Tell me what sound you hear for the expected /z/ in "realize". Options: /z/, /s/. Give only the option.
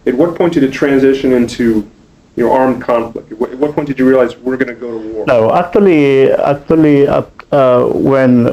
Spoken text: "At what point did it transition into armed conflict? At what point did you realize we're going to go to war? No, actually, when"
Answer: /z/